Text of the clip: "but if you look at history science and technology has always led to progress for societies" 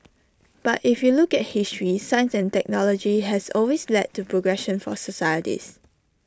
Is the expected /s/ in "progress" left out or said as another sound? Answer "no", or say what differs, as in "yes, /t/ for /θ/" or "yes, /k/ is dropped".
yes, /ʃ/ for /s/